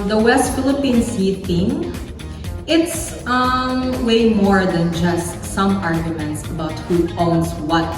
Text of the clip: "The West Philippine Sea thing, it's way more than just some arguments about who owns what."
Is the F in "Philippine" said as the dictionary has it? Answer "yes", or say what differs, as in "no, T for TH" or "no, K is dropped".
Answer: yes